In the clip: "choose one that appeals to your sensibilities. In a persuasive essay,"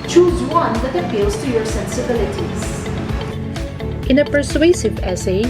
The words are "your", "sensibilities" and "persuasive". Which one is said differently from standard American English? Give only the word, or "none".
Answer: none